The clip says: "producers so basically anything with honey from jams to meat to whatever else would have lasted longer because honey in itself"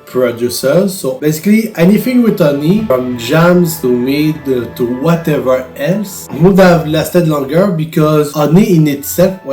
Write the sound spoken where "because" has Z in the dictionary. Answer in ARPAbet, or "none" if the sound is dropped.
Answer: Z